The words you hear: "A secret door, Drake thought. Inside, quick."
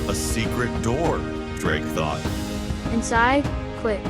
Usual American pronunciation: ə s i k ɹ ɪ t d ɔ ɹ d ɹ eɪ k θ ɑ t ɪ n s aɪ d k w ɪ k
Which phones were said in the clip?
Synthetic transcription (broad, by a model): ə s i k ɹ ɪ t d ɔ ɹ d ɹ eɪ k θ ɑ t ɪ n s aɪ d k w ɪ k